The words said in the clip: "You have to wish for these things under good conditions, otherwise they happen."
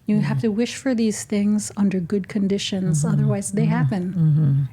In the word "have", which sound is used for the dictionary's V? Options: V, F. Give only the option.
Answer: F